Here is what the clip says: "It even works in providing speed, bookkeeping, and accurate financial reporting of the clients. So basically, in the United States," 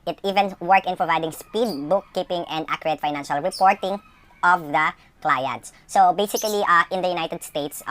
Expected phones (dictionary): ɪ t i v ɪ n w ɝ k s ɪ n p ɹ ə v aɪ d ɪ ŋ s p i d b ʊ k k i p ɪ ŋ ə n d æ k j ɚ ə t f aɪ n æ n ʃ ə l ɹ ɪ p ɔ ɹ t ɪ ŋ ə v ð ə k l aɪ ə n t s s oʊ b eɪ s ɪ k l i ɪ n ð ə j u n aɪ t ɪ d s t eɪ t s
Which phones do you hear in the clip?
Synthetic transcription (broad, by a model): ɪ t i v ɪ n w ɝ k ɪ n p ɹ ə v aɪ d ɪ ŋ s p i d b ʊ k k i p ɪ ŋ ə n d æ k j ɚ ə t f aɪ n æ n ʃ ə l ɹ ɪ p ɔ ɹ t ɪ ŋ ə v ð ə k l aɪ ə n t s s oʊ b eɪ s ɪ k l i ɪ n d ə j u n aɪ t ɪ d s t eɪ t s